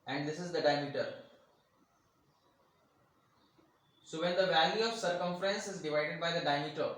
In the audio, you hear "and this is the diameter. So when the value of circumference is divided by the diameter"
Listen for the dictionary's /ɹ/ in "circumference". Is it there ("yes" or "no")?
yes